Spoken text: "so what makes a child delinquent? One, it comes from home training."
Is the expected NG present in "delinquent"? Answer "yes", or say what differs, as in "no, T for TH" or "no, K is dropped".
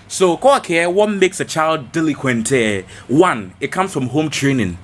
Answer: no, NG is dropped